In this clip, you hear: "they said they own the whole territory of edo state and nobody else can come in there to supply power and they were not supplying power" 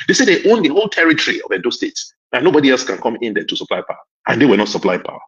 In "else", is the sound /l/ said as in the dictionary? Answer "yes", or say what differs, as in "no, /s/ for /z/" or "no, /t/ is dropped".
yes